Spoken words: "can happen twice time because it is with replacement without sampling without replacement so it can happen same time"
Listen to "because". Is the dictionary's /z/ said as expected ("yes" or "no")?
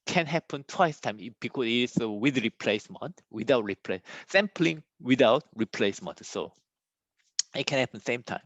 no